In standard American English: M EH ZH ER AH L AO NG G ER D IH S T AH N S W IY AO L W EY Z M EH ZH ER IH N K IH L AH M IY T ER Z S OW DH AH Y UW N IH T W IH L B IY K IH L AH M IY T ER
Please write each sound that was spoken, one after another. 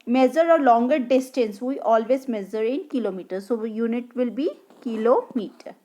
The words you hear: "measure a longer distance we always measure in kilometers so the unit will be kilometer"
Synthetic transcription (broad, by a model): M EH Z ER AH L AO NG G ER D IH S T AH N S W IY AO L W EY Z M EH Z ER IH N K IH L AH M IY T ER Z S OW Y UW N IH T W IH L B IY K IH L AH M IY T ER